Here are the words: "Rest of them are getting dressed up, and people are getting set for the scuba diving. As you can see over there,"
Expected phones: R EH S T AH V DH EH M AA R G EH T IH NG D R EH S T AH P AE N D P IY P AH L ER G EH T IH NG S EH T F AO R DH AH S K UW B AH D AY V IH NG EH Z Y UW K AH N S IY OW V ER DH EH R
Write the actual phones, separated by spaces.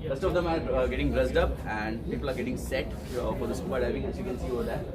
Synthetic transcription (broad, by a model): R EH S T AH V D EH M AA R G EH T IH NG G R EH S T AH P AE N D P IY P AH L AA G EH T IH NG S EH T F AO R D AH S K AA AH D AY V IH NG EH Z Y UW K AH N S IY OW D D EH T